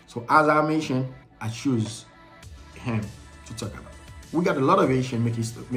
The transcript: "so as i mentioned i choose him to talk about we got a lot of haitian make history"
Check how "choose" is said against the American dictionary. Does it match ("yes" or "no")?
yes